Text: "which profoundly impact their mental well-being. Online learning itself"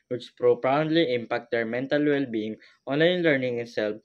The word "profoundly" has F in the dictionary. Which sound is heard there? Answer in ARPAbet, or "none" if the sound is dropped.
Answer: P